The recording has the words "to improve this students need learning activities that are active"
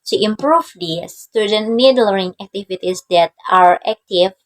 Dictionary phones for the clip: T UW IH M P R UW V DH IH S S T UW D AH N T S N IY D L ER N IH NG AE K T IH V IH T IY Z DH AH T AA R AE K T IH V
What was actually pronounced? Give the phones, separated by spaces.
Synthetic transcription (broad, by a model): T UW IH M P R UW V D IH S S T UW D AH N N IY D L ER IH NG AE K T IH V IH T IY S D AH T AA R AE K T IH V